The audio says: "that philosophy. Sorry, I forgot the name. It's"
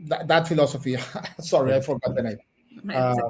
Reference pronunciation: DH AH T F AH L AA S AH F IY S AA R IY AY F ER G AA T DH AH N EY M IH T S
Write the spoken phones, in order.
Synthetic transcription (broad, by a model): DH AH T F AH L AA S AH F IY S AA R IY AY F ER G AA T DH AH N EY IH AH